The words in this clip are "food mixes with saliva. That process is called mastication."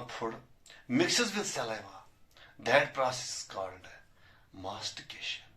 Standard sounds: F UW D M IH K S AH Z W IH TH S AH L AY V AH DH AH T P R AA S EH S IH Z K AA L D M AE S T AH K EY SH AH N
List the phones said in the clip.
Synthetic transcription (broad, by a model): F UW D M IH K S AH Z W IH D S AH L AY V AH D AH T P R AA S EH S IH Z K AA N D M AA S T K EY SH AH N